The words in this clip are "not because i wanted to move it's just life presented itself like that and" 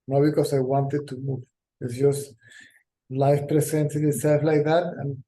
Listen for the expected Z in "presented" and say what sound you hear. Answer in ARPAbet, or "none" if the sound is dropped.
S